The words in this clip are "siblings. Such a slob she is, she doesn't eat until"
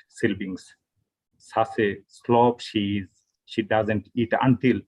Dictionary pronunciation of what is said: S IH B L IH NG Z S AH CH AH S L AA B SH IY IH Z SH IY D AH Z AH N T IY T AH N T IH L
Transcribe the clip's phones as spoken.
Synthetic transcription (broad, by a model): S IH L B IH NG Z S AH S AH S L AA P SH IY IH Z SH IY D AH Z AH N T IY T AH N T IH L